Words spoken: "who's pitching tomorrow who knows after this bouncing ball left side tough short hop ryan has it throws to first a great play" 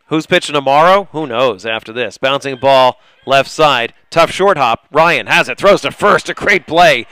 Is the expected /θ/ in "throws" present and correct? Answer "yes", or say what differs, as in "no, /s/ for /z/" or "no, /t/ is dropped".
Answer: yes